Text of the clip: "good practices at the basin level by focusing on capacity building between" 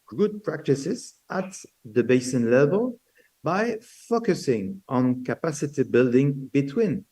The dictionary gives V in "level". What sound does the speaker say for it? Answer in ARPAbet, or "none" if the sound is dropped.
V